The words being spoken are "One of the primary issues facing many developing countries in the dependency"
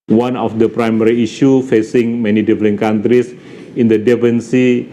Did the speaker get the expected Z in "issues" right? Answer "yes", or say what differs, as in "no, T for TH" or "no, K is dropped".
no, Z is dropped